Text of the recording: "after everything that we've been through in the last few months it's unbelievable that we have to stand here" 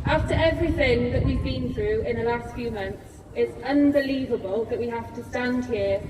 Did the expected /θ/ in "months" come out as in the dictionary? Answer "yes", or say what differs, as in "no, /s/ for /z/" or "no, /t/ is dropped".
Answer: yes